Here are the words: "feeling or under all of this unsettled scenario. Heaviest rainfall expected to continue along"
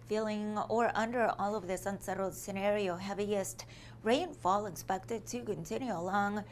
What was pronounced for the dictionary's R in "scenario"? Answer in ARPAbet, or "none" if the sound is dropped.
R